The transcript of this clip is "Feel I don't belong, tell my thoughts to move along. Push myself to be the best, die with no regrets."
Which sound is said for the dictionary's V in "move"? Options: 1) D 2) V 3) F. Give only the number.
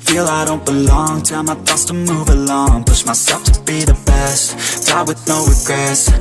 2